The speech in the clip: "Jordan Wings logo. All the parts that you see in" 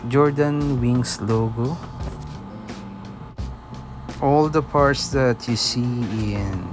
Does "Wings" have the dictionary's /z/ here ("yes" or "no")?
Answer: no